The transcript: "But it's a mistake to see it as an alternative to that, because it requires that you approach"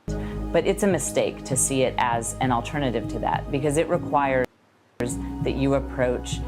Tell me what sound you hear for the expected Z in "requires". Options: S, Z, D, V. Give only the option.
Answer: Z